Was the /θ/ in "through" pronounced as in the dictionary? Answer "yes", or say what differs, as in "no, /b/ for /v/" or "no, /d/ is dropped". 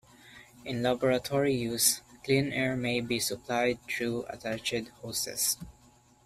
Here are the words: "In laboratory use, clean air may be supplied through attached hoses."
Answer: no, /t/ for /θ/